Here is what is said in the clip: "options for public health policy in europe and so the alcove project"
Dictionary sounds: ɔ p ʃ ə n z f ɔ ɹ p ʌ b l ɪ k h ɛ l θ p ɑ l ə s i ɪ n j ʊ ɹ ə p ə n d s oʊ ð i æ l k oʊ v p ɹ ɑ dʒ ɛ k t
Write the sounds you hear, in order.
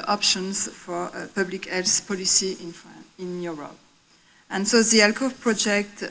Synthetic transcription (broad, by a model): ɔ p ʃ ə n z f ɔ ɹ p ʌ b l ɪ k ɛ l s p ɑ l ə s i ɪ n j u ɹ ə p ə n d s oʊ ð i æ l k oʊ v p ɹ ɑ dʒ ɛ k t